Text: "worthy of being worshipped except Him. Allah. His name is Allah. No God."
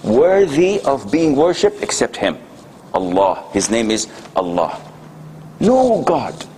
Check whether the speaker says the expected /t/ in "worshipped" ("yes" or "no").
yes